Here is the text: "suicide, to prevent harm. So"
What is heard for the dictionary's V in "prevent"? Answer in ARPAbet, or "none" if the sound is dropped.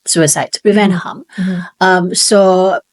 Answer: V